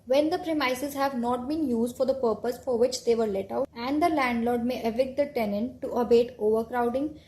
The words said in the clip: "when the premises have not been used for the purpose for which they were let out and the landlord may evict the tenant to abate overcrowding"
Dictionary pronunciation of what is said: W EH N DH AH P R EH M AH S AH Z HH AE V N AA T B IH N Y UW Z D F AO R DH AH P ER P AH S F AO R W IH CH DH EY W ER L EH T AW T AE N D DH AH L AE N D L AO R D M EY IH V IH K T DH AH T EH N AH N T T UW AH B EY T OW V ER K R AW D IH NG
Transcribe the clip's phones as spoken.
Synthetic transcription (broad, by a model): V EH N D AH P R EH M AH S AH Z HH AE V N AA T B IH N Y UW Z D F AO R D AH P ER P AH S F AO R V IH CH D EY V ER L EH T AW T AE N D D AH L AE N D L AO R D M EY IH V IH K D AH T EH N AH N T T UW AH B EY T OW V ER K R AW D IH NG